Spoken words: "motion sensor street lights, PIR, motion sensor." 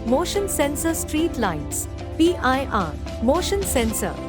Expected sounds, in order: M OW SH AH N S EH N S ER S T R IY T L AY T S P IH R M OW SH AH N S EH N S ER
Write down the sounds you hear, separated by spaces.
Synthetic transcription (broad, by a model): M OW SH AH N S EH N S ER S T R IY T L AY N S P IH R M OW SH AH N S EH N S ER